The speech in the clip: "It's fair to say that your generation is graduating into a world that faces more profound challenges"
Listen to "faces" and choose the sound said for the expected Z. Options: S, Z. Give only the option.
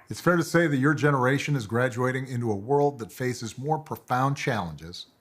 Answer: Z